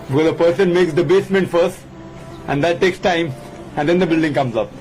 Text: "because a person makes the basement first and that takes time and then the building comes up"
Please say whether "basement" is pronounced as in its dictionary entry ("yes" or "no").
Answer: yes